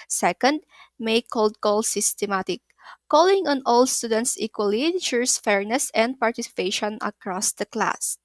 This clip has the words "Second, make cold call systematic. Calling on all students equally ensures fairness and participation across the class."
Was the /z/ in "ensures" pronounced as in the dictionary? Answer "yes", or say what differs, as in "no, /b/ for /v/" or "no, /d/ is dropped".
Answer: no, /s/ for /z/